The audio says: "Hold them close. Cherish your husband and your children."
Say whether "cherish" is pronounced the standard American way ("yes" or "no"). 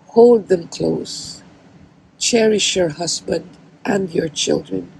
yes